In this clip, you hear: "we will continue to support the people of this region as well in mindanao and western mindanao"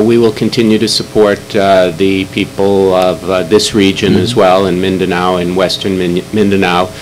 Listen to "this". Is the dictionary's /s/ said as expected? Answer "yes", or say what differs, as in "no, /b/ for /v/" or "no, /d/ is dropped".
yes